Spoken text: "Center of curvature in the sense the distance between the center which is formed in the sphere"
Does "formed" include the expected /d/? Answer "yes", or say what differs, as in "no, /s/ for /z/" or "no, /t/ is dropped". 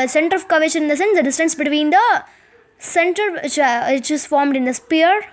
yes